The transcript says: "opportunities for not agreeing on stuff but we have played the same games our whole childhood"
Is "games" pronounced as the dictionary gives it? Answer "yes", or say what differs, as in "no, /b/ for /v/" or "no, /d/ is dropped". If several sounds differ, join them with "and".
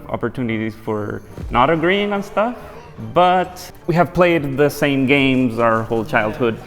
yes